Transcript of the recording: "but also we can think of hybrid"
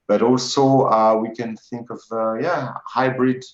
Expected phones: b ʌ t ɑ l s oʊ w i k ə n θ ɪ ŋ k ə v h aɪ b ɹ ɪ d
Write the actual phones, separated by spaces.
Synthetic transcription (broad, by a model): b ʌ t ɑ l s oʊ w i k ə n θ ɪ ŋ k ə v h aɪ b ɹ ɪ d